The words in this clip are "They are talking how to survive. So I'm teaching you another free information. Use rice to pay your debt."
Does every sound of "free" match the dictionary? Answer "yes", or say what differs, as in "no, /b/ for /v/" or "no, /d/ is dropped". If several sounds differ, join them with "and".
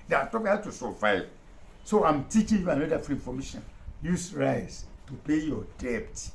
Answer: no, /ɹ/ is dropped